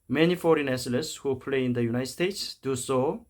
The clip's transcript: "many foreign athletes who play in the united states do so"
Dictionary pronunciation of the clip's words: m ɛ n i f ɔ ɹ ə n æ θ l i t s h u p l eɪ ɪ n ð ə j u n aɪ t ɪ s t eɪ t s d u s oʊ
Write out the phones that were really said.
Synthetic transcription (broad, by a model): m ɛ n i f ɔ ɹ ə n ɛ s l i s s h u p l eɪ ɪ n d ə j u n aɪ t s t eɪ t s d u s oʊ